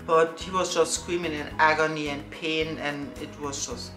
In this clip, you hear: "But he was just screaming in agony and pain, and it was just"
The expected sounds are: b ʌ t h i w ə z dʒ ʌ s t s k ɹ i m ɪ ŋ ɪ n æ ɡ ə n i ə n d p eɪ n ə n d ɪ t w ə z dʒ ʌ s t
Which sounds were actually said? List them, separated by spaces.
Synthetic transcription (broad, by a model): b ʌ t h i w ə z dʒ ʌ s t s k w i m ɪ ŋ ɪ n æ ɡ ə n i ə n p eɪ n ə n ɪ t w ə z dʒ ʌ s t